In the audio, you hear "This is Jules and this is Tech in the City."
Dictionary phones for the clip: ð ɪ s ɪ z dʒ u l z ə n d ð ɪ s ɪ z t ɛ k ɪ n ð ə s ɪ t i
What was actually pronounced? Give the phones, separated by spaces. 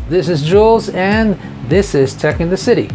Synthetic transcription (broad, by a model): ð ɪ s ɪ z dʒ u l z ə n ð ɪ s ɪ z t ɛ k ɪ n ð ə s ɪ t i